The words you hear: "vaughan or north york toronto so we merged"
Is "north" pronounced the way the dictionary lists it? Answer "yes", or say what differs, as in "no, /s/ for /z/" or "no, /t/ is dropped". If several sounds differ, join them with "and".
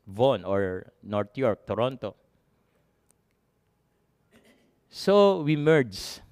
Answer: no, /t/ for /θ/